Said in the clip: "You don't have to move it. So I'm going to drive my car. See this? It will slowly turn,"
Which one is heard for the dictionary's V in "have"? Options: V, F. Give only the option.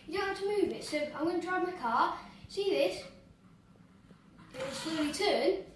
F